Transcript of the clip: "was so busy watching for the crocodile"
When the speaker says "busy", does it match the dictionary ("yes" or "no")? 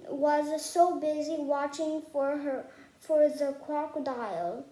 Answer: yes